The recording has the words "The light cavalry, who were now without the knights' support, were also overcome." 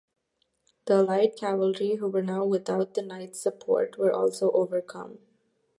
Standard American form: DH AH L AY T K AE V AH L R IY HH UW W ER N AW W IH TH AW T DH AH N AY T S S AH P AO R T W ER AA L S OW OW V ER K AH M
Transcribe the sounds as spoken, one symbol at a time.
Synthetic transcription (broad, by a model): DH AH L AY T K AE V AH L R IY HH UW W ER N AW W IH T AW T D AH N AY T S S AH P AO R T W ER AA L S OW OW V ER K AH M